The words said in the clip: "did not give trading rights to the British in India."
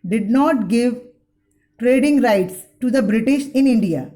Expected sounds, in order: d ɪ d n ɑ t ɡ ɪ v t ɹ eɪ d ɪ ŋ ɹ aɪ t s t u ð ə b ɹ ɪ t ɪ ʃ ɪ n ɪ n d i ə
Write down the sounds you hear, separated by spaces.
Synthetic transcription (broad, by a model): d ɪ d n ɑ t ɡ ɪ v t ɹ eɪ d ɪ ŋ ɹ aɪ t s t u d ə b ɹ ɪ t ɪ ʃ ɪ n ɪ n d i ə